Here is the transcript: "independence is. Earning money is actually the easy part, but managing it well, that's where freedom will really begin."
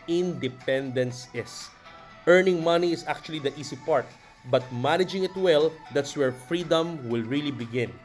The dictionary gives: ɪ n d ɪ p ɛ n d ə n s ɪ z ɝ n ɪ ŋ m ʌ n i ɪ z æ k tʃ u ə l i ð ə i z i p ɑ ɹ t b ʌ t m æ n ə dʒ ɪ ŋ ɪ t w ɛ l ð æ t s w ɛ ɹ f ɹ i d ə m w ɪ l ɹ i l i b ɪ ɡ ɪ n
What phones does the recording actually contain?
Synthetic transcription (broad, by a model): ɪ n d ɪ p ɛ n d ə n s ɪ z ɝ n ɪ ŋ m ʌ n i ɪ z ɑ k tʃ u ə l i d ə i s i p ɑ ɹ t b ʌ t m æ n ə dʒ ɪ ŋ ɪ t w ɛ l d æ t s w ɛ ɹ f ɹ i d ə m w ɪ l ɹ i l i b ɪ ɡ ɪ n